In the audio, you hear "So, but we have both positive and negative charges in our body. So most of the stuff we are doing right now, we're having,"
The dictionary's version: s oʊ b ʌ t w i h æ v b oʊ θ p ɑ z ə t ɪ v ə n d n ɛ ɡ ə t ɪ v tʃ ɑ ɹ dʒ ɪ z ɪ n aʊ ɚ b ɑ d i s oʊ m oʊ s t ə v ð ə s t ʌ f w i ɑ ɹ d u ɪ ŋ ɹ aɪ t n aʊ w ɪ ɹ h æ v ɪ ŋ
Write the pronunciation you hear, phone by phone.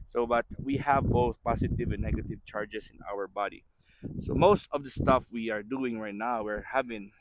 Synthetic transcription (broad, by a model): s oʊ b ʌ t w i h æ v b oʊ θ p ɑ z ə t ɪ v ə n n ɛ ɡ ə t ɪ v tʃ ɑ ɹ dʒ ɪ s ɪ n aʊ ɚ b ɑ d i s oʊ m oʊ s t ə v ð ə s t ʌ f w i ɑ ɹ d u ɪ ŋ ɹ aɪ t n aʊ w ɪ ɹ h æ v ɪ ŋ